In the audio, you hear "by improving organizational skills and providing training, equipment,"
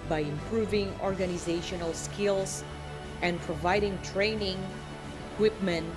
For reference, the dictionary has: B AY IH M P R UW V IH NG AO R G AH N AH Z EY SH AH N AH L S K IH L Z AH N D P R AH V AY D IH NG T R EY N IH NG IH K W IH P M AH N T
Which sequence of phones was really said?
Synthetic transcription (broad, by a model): B AY IH M P R UW V IH NG AO R G AH N AH Z EY SH AH N AH L S K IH L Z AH N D P R AH V AY D IH NG T R EY N IH NG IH K W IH P M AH N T